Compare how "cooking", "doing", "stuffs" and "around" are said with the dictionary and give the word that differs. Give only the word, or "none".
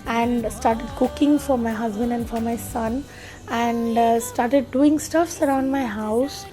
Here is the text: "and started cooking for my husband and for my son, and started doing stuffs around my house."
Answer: none